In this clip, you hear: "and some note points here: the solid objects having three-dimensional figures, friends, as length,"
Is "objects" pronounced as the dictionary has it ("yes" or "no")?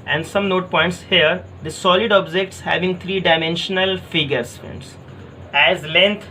yes